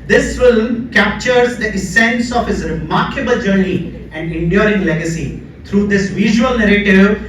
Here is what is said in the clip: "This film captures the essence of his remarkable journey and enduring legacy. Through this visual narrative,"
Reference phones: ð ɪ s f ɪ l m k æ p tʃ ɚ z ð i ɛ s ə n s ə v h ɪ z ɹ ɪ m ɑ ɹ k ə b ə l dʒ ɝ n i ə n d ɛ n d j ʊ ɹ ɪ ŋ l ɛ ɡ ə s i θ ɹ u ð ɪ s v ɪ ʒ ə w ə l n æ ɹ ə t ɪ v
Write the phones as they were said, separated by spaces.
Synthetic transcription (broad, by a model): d ɪ s f ɪ l m k æ p tʃ ɚ z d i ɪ s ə n s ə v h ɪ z ɹ ɪ m ɑ ɹ k ə b ə l dʒ ɝ n i ə n d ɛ n d j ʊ ɹ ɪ ŋ l ɛ ɡ ə s i t ɹ u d ɪ s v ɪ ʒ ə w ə l n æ ɹ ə t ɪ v